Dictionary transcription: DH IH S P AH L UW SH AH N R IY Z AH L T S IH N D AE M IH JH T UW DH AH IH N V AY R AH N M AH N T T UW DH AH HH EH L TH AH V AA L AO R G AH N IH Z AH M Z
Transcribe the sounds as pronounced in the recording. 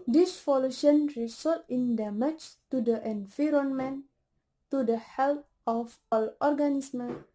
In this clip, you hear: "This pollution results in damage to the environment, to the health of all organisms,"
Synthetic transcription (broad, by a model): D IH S F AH L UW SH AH N R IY S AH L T IH N D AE M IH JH T UW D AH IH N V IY R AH N M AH N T T UW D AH HH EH L T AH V AA L AO R G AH N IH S M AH